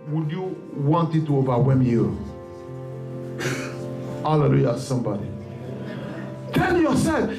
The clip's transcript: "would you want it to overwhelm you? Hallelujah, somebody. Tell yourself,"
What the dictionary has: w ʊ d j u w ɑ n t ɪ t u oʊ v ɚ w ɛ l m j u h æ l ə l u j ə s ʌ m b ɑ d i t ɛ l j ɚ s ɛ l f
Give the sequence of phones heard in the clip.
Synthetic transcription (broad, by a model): w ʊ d j u w ɑ n t ɪ t u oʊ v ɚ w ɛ m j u h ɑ l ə l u j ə s ʌ m b ɑ d i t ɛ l j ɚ s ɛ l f